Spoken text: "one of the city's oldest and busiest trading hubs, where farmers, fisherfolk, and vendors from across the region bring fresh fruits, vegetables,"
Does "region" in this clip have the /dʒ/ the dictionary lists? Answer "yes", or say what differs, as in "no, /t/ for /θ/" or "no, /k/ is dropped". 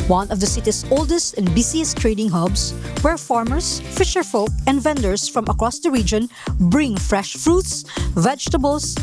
yes